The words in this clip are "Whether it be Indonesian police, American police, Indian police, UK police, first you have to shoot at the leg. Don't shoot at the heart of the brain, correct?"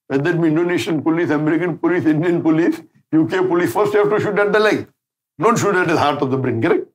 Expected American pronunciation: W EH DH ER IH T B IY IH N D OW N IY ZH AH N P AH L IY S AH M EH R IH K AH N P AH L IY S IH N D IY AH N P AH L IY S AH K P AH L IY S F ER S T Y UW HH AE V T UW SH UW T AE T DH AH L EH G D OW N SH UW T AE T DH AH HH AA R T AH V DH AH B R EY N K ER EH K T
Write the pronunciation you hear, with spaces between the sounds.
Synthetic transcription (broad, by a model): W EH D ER IH T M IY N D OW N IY SH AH N P AH L IY S AH M EH R IH K AH N P AH L IY S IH N D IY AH N P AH L IY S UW K P AH L IY S F ER S T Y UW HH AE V T UW SH UW T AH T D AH L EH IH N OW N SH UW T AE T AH HH AA R T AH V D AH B R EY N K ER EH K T